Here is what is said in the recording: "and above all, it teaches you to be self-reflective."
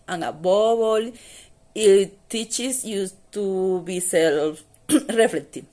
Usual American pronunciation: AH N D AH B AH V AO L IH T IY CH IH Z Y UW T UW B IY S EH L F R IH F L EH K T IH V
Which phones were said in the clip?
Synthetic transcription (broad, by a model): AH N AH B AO B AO L IH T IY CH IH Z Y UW T UW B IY S EH L F R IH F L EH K T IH